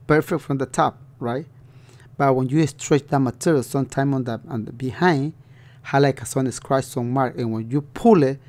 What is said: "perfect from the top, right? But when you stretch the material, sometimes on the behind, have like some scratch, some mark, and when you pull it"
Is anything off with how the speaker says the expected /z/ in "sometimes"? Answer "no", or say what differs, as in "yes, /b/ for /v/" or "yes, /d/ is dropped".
yes, /z/ is dropped